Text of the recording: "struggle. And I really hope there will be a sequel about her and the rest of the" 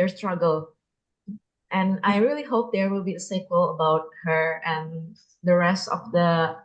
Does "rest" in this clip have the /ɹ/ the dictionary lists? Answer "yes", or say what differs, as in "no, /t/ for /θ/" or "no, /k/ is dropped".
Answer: yes